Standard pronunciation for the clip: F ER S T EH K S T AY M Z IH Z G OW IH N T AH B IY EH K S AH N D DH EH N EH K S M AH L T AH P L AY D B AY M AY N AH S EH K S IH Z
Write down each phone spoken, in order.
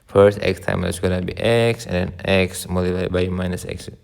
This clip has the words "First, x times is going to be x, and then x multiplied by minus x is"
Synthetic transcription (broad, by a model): F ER S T EH K S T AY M IH S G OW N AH B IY EH K S AH N D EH N EH K S M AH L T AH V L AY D B AY M AY N AH S EH K S